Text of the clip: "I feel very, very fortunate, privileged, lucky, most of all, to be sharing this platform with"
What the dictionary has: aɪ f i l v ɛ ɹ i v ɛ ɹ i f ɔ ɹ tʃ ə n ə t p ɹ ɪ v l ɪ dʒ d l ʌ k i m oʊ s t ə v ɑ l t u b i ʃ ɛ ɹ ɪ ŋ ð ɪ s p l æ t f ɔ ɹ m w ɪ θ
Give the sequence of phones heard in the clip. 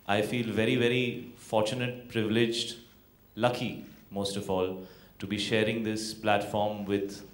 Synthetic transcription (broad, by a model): aɪ f i l v ɛ ɹ i v ɛ ɹ i f ɔ ɹ tʃ ə n ə t p ɹ ɪ v l ɪ dʒ d l ʌ k i m oʊ s t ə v ɑ l t u b i ʃ ɛ ɹ ɪ ŋ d ɪ s p l æ t f ɔ ɹ m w ɪ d